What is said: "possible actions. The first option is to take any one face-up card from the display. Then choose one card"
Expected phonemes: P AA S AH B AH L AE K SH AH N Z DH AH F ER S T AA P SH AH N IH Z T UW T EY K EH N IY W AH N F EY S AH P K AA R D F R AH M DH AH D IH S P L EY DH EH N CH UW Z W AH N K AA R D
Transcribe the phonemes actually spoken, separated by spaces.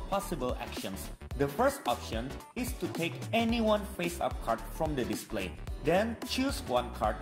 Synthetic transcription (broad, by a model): P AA S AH B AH L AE K SH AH N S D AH F ER S T AA P SH AH N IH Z T UW T EY K EH N IY W AH N F EY S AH P K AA R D F R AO M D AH D IH S P L EY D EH N CH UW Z W AH N K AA R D